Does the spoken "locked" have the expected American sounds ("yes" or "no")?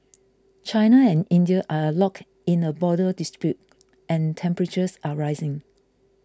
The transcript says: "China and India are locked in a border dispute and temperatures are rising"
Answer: no